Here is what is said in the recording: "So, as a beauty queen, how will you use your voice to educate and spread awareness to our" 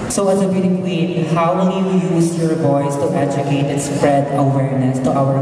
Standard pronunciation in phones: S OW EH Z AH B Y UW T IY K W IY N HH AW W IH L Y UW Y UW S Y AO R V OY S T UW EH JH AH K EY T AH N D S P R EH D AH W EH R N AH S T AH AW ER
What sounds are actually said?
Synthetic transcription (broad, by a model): S OW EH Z AH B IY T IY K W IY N HH AW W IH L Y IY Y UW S Y AO R B OY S T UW EH JH AH K EY T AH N S P R EH D AH W EH R N AH S T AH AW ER